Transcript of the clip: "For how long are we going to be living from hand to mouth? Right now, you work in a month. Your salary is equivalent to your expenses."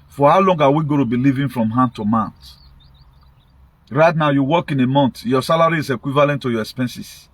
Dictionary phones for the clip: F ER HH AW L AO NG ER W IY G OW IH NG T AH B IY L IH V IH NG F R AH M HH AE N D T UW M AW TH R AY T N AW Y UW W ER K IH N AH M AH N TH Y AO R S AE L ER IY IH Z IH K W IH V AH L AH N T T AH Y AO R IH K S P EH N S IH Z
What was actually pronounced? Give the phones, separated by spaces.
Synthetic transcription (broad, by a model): F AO HH AW L AO NG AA W IY G OW T AH B IY L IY V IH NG F R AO M HH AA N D T UW M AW T R AY T N AW Y UW W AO K IH N AH M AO N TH Y AO S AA L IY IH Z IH K W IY V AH L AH N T T AH Y AO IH K S P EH N S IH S